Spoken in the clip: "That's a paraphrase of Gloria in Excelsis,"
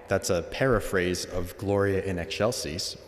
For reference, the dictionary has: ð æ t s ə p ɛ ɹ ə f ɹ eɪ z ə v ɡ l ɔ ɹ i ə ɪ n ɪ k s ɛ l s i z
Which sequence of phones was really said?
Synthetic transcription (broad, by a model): ð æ t s ə p ɛ ɹ ə f ɹ eɪ z ə v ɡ l ɔ ɹ i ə ɪ n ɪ k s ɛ l s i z